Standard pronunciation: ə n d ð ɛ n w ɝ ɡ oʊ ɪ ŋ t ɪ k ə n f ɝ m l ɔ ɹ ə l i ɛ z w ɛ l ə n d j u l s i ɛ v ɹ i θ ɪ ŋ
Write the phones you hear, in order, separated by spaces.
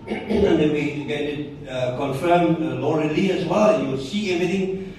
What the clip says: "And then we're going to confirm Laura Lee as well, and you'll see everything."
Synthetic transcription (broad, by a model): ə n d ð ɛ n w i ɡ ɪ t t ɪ k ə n f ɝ m l ɔ ɹ ə l i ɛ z w ɛ l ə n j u w s i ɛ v ɹ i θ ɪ ŋ